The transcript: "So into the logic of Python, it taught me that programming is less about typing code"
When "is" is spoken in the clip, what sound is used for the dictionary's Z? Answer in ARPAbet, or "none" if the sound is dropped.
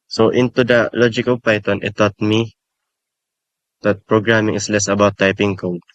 S